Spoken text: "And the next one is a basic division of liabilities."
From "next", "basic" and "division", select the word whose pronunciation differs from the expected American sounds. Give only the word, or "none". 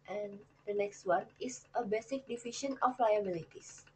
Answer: division